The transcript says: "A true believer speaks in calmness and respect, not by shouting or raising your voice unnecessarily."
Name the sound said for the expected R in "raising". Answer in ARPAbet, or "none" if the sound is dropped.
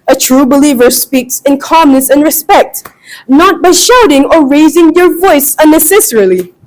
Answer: R